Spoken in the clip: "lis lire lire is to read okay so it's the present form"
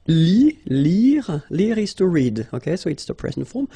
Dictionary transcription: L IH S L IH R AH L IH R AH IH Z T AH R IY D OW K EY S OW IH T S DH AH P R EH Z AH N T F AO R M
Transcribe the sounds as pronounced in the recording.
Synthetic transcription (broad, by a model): L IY L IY R L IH R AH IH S T AH R IY D OW K EY S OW IH T S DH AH P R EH S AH N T F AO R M